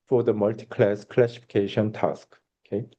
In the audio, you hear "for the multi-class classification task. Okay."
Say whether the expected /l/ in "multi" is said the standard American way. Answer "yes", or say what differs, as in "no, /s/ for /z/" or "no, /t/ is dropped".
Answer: yes